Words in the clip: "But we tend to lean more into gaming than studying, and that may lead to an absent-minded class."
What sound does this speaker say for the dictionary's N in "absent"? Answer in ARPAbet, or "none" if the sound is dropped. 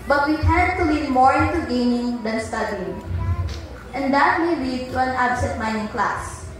none